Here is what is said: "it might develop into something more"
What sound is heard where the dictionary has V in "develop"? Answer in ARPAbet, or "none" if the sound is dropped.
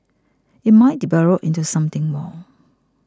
B